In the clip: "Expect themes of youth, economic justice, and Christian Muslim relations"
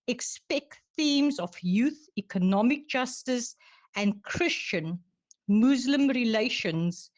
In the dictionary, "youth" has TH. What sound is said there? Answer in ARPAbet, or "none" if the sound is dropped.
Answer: TH